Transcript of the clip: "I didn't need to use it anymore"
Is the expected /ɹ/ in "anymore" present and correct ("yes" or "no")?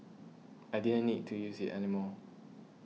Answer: no